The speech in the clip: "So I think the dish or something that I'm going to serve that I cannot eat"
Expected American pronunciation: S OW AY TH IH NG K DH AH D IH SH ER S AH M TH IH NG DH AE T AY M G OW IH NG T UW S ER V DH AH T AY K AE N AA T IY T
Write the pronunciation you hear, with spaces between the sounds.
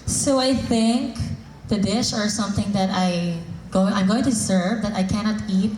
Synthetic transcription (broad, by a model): S OW AY TH IH NG K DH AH D IH SH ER S AH M TH IH NG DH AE T AY M G OW IH NG T UW S ER V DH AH T AY K AE N AA T IY T